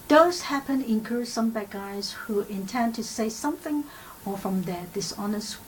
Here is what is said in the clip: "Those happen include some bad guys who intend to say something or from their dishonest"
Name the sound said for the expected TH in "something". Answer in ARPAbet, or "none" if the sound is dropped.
TH